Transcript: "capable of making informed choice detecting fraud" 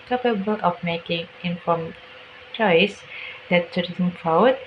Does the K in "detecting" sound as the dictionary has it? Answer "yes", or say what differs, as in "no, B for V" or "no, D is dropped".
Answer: no, K is dropped